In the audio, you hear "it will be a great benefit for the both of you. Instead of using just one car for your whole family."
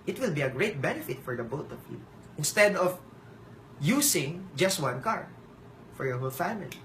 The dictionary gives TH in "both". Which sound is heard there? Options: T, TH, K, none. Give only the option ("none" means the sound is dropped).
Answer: T